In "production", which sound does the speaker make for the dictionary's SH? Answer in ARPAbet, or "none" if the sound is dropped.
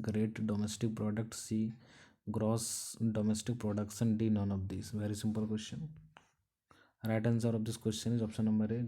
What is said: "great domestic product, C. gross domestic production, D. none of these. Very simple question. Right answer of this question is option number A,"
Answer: S